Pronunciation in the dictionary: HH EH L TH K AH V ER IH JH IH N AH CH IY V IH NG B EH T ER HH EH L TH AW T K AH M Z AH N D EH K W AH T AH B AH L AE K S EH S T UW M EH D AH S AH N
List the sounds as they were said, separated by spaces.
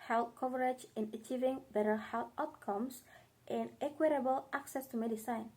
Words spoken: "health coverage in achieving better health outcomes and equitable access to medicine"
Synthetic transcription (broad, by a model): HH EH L K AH V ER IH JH IH N AH CH IY V IH NG B EH T ER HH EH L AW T K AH M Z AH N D EH K W AH T AH B AH L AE K S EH S T UW M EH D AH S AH N